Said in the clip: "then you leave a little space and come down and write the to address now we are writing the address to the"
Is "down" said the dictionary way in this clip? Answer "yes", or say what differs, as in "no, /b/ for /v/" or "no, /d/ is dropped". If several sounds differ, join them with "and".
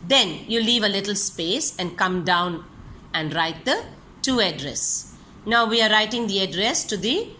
yes